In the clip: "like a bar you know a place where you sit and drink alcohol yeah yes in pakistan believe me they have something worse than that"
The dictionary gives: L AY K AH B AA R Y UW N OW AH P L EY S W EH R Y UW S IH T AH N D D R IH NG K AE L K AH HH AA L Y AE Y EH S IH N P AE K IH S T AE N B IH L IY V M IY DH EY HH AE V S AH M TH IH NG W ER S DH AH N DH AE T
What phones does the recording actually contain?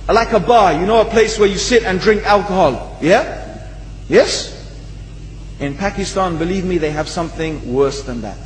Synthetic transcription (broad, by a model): L AY K AH B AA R Y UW N OW AH P L EY S W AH R Y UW S IH T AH N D D R IH NG K AE L K AH HH AA L Y AE Y EH S IH N P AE K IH S T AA N B IH L IY V M IY DH EY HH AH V S AH M TH IH NG W ER S DH AH N DH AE T